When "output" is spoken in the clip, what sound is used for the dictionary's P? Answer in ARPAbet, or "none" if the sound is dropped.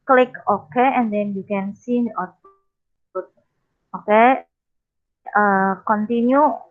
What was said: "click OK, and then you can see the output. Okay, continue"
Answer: none